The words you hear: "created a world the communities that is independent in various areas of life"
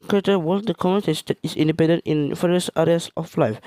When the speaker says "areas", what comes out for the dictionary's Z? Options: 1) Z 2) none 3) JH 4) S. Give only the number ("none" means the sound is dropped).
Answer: 4